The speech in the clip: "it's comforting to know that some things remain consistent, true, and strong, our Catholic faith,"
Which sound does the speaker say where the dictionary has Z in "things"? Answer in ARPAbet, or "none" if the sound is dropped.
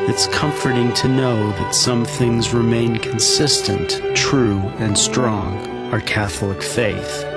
Z